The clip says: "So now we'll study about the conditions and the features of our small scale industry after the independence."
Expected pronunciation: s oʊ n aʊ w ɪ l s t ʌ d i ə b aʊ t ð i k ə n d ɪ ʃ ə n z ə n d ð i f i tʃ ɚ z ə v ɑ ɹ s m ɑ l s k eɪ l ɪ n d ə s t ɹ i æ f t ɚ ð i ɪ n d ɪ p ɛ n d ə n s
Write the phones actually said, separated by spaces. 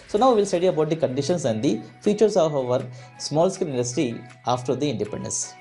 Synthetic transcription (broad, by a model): s oʊ n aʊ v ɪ l s t ʌ d i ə b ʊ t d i k ə n d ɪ ʃ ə n s ə n d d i f i tʃ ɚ s ə v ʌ ɹ s m ɑ l s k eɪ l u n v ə s t i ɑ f t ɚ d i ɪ n d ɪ p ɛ n d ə n s